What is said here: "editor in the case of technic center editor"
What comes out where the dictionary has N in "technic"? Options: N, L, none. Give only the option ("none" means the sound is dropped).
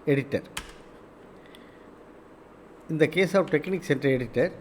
N